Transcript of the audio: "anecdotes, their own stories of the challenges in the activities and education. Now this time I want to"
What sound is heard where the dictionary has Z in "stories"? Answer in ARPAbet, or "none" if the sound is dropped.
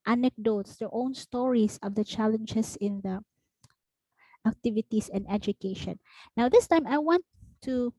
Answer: S